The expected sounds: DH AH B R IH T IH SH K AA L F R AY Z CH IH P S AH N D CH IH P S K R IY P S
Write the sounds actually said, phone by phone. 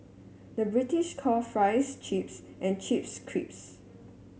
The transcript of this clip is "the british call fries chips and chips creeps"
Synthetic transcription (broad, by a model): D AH B R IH T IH SH K AA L F R AY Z CH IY P S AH N CH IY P S K R IY P S